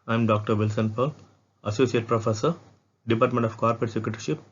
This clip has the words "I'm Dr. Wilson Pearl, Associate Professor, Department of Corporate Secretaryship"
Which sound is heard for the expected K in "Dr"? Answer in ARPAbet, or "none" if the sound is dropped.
K